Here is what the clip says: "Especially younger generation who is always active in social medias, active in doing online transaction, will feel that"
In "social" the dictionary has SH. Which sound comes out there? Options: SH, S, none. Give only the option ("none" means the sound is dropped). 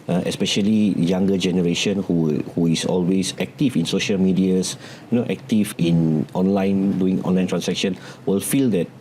SH